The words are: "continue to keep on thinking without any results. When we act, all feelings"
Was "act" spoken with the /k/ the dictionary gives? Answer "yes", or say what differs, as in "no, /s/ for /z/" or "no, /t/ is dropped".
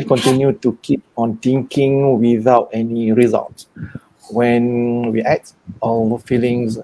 no, /k/ is dropped